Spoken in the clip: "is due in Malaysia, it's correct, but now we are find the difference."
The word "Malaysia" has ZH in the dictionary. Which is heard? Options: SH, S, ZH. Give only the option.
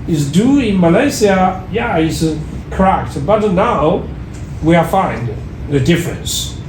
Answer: S